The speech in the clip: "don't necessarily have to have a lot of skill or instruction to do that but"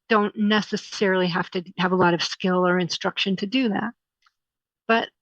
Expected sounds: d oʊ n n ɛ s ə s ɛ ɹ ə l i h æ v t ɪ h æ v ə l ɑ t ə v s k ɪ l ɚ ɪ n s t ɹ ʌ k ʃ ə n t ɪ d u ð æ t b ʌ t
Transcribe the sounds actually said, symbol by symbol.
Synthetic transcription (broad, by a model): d oʊ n n ɛ s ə s ɛ ɹ l i h æ f t ɪ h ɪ v ə l ɑ t ə v s k ɪ l ɚ ɪ n s t ɹ ʌ k ʃ ə n t ɪ d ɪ ð æ t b ʌ t